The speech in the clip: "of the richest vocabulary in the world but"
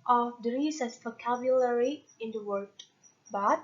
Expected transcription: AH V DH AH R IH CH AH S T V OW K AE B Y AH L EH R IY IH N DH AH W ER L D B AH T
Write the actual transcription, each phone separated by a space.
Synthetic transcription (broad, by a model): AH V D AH R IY S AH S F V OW K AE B Y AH L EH R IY IH N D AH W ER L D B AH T